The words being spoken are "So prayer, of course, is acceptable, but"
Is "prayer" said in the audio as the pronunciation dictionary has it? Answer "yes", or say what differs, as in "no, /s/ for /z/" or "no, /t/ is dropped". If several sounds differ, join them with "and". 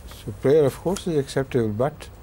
yes